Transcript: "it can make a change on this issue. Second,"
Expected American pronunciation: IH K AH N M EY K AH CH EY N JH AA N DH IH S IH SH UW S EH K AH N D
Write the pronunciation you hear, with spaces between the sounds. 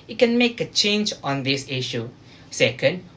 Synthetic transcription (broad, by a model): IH K AH N M EY K AH CH EY N JH AA N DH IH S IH SH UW S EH K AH N D